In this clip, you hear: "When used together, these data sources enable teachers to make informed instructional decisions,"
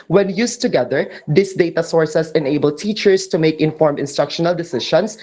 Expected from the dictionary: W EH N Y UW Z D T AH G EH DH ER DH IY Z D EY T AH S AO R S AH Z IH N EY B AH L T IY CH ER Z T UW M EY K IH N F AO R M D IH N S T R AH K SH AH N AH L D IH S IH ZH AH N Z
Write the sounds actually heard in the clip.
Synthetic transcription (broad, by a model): W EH N Y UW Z T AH G EH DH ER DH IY S D EY T AH S AO R S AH S IH N EY B AH L T IY CH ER S T UW M EY K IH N F AO R M IH N S T R AH K SH AH N AH L D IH S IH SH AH N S